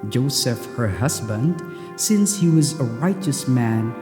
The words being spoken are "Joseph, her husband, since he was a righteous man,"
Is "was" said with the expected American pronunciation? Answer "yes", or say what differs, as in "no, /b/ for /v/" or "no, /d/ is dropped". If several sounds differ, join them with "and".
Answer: yes